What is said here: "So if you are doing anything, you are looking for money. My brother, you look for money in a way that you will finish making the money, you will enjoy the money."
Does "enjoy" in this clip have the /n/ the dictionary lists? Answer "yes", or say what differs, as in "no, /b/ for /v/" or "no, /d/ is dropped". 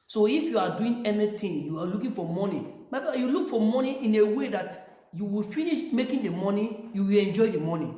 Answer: yes